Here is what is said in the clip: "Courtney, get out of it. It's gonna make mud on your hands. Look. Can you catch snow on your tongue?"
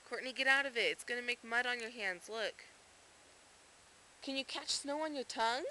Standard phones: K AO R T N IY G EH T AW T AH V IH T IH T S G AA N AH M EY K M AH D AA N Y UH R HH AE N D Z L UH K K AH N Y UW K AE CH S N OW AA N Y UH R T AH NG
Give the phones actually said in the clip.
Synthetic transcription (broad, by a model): K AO R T N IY G EH T AW T AH V IH T IH T S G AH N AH M EY K M AH D N Y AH R HH AE N D Z L UH K K AH N Y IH K AE CH S N OW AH N Y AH R T AH NG